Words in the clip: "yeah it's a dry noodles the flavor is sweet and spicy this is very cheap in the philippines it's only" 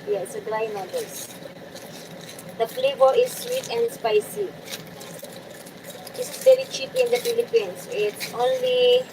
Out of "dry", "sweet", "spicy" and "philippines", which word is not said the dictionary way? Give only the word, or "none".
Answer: philippines